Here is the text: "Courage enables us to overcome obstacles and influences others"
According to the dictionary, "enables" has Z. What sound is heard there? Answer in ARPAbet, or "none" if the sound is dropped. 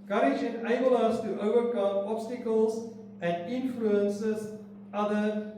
none